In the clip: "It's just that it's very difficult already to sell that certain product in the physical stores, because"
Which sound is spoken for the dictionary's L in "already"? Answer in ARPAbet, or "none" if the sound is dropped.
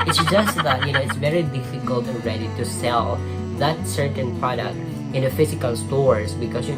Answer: N